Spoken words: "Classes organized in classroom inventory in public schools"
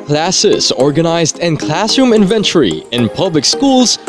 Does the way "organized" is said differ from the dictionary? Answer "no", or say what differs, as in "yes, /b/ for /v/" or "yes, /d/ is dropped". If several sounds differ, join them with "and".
no